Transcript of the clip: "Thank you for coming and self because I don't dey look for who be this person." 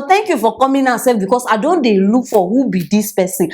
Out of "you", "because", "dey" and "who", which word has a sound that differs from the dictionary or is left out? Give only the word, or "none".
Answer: because